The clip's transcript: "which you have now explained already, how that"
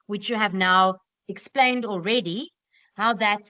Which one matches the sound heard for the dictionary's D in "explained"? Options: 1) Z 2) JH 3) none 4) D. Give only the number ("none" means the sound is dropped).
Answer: 4